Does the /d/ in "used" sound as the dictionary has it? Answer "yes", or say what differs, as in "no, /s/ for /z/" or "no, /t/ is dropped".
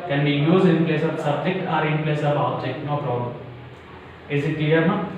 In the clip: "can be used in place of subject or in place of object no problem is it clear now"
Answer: no, /d/ is dropped